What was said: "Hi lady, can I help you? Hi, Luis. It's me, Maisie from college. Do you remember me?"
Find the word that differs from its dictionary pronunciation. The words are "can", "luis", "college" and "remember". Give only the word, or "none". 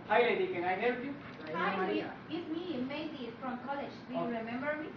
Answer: luis